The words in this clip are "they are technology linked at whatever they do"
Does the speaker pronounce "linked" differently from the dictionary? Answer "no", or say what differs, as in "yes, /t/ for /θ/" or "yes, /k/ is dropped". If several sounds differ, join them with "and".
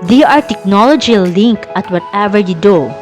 yes, /t/ is dropped